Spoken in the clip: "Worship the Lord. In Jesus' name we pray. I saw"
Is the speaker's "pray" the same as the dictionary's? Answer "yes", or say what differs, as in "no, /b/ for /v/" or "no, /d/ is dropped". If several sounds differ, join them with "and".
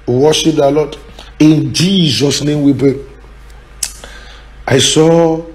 no, /b/ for /p/